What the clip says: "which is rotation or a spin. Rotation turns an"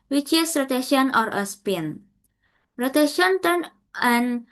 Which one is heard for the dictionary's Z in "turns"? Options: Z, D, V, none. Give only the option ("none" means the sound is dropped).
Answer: none